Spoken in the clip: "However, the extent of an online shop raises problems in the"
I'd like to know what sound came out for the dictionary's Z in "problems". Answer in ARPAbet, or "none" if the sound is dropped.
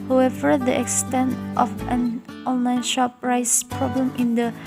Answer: none